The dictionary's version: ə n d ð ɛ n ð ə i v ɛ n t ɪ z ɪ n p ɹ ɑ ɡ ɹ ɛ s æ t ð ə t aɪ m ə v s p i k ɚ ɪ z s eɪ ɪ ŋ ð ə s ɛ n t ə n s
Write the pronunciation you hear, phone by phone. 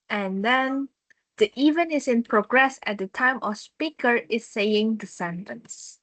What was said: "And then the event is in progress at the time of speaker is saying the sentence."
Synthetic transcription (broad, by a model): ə n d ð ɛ n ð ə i v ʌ n ɪ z ɪ n p ɹ ɑ ɡ ɹ ɛ s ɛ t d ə t aɪ m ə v s p i k ɚ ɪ s eɪ ɪ ŋ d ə s ɛ n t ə n s